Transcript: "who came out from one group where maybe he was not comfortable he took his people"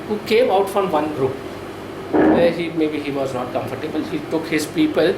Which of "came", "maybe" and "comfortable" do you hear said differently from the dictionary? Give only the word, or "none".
none